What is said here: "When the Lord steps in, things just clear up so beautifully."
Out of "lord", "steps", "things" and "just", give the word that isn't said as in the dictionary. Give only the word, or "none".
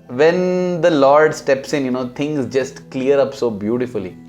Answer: things